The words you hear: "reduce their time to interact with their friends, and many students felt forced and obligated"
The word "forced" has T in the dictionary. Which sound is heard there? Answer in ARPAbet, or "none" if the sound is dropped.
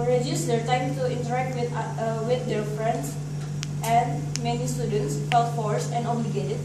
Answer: none